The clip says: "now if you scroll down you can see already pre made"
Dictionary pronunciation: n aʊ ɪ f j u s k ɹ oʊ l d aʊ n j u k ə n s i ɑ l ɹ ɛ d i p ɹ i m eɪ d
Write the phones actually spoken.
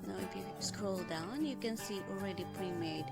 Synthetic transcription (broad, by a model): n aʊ ɪ f j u s k ɹ oʊ l d aʊ n j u k ə n s i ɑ l ɹ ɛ d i p ɹ i m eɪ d